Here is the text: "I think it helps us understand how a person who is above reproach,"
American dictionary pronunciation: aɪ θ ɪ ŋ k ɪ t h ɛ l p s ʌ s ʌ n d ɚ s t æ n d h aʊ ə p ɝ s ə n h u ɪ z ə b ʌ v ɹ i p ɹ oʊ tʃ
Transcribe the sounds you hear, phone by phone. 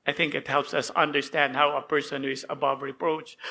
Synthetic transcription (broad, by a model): aɪ θ ɪ ŋ k ɪ t h ɛ l p s ʌ s ʌ n d ɚ s t æ n d h aʊ ə p ɝ s ə n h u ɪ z ə b ʌ v ɹ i p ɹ oʊ tʃ